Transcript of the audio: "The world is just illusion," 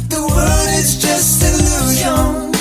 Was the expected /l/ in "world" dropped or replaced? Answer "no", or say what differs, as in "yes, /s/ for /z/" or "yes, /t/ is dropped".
yes, /l/ is dropped